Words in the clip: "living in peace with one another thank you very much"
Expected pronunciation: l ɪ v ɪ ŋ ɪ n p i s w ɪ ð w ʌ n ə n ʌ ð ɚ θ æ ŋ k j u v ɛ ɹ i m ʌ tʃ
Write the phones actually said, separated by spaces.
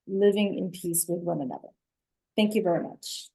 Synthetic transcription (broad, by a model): l ɪ v ɪ ŋ ɪ n p i s w ɪ ð w ʌ n ə n ʌ ð ɚ θ æ ŋ k j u v ɛ ɹ i m ʌ tʃ